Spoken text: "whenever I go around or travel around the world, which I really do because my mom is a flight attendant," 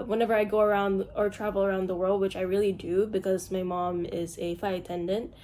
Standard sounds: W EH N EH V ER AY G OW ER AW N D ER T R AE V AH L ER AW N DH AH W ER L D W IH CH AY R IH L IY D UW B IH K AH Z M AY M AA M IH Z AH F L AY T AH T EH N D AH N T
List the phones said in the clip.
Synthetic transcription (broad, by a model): W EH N EH V ER AY G OW ER AW N D ER T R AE V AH L ER AW N DH AH W ER L D W IH CH AY R IH L IY D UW B IH K AH Z M AY M AA M IH Z AH F AY AH T EH N D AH N T